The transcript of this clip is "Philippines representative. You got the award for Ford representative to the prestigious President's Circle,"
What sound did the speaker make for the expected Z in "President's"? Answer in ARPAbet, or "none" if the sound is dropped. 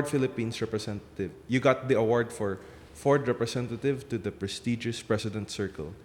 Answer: S